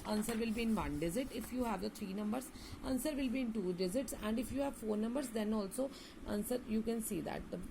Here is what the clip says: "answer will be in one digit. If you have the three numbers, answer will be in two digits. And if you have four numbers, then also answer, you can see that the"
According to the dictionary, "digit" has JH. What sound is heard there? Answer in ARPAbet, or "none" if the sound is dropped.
Z